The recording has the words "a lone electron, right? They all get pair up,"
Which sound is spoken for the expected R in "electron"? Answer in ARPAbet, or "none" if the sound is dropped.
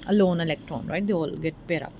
R